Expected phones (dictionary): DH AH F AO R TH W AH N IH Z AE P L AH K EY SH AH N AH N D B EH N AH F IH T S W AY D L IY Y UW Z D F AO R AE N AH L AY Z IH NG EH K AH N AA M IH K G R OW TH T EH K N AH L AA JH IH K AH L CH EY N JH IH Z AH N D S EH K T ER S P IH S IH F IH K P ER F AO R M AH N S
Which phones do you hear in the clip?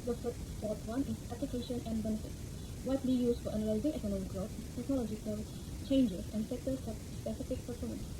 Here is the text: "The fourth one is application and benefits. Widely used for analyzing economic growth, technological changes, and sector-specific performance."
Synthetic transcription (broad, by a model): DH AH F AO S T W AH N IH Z AE P L AH K EY SH AH N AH N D B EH N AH F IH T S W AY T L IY Y UW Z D F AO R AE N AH L AY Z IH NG EH K AH N AA M IH K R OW S T EH K N AH L AA JH IH K AH L CH EY N JH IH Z AH N D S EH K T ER S P IH S IH F IH K P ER F AO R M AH N S